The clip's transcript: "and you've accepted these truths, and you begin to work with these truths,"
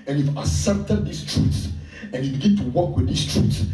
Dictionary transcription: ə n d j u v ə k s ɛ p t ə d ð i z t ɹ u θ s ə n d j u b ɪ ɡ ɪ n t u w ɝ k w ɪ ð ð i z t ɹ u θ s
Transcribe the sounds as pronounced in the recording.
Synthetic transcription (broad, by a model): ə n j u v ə s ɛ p t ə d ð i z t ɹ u t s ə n j u b ɪ ɡ ɪ n t u w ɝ k w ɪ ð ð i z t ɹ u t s